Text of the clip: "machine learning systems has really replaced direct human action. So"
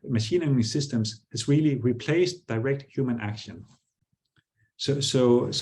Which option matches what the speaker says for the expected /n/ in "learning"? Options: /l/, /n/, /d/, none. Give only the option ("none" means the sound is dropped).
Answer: none